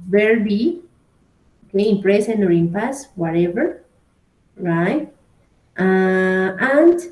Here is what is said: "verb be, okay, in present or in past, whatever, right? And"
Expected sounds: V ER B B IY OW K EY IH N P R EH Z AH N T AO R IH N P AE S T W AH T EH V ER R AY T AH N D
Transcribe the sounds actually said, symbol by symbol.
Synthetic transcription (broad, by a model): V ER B B IY OW K EY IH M P R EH S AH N AO R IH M P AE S W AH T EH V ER R AY T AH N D